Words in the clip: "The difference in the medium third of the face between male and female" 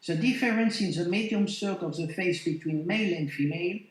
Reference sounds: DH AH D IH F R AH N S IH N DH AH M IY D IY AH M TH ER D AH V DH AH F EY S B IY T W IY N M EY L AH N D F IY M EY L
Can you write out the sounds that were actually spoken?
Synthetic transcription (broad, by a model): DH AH D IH F R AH N S IH N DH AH M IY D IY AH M S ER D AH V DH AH F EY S B IY T W IY N M EY L AH N D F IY M EY L